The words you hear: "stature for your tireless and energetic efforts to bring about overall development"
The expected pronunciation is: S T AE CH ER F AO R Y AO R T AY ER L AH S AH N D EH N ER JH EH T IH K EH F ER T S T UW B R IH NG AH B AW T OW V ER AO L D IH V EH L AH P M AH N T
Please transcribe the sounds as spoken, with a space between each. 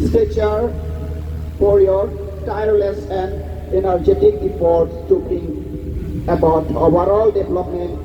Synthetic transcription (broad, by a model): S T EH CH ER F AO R Y AO R T AY ER L AH S AH N D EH N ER JH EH T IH K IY P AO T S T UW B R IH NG AH B AW T OW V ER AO L D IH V L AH P M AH N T